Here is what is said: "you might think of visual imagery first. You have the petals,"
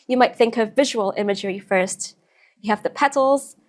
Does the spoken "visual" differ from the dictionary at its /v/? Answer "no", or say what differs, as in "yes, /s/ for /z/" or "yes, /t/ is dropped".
no